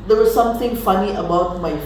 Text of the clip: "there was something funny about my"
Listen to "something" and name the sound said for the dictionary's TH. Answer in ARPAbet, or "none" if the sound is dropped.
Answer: T